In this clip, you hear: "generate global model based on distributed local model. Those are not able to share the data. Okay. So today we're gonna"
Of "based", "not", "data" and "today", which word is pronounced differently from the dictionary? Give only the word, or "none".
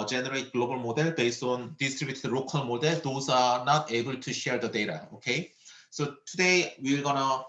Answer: based